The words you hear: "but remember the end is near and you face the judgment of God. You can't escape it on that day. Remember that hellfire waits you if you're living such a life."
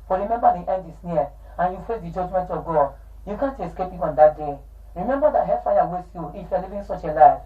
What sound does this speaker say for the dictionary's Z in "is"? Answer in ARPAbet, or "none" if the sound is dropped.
S